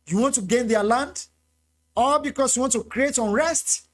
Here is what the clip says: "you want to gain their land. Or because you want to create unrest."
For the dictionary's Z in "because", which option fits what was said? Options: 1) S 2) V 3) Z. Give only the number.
1